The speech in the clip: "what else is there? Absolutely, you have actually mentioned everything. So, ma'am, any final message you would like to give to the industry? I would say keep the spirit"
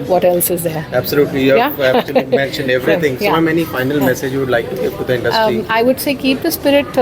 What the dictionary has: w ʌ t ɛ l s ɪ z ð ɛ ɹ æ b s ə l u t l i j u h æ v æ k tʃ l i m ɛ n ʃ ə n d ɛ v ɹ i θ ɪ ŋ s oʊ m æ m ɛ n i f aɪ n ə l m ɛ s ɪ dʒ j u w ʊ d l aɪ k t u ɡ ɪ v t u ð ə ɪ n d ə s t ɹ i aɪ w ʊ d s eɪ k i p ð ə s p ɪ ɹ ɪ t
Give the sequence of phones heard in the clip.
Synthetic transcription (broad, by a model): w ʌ t ɛ l s ɪ z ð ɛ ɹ æ b s ə l u t l i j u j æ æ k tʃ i m ɛ n ʃ ə n d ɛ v ɹ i t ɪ ŋ s oʊ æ m ɛ n i f aɪ n ə l m ɛ s ɪ dʒ j u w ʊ d l aɪ k t u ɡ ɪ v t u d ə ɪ n d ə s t i aɪ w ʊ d s eɪ k i p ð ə s p ɪ ɹ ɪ t